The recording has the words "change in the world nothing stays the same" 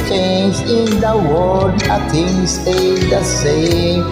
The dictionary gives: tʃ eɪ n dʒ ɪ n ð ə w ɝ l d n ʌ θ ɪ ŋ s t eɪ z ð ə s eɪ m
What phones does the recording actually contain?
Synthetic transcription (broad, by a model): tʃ eɪ n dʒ ɪ n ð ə w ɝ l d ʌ t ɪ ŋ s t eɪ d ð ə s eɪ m